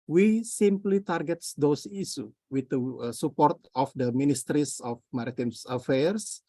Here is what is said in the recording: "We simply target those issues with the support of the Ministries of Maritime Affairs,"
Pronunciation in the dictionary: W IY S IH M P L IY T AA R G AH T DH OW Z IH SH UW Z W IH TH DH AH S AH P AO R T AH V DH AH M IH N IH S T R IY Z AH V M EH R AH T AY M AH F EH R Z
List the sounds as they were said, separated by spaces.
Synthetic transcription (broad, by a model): W IY S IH M P L IY T AA R G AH T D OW S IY S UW W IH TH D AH S AH P AO R T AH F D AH M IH N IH S T R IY S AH F M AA R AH T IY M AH F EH R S